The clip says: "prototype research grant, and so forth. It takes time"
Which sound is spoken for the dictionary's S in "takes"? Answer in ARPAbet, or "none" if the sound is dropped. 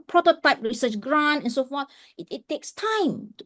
S